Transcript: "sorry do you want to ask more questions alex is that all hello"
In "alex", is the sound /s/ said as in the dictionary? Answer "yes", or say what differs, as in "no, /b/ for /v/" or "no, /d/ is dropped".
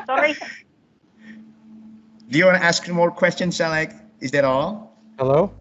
no, /s/ is dropped